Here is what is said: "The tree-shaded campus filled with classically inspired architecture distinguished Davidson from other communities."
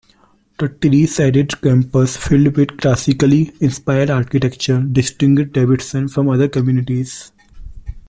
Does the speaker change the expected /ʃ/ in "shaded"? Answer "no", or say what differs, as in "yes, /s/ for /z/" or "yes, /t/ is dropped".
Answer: yes, /s/ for /ʃ/